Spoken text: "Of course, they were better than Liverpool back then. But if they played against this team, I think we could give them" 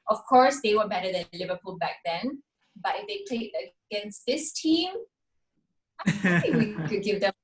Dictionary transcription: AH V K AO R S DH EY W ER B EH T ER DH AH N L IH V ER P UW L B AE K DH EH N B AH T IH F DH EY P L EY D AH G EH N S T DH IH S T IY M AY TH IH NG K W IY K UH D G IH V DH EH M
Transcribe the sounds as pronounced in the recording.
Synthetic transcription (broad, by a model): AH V K AO R S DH EY W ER B EH T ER DH AH N L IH V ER P UW L B AE K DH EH N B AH T IH F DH EY P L EY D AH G EH N S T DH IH S T IY M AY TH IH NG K W IY K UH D G IH V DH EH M